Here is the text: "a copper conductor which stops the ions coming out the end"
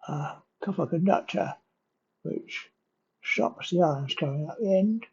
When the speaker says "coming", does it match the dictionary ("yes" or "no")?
no